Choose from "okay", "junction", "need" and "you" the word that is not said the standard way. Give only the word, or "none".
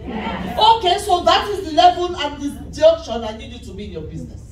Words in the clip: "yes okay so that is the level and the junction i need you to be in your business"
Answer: junction